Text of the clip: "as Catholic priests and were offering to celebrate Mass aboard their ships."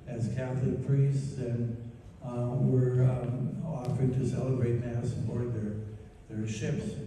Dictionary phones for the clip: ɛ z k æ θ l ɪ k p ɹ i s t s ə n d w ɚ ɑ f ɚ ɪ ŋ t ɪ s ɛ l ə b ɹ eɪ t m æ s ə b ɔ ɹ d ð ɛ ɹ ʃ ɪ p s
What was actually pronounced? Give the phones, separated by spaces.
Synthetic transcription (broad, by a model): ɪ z k æ θ l ɪ k p ɹ i s t s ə n w ɚ ɑ f ɚ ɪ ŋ t ɪ s ɛ l ə b ɹ eɪ t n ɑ s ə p ɔ ɹ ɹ ð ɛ ɹ ʃ ɪ p s